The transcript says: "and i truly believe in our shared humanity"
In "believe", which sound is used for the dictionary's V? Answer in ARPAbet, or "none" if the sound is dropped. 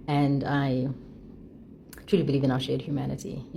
V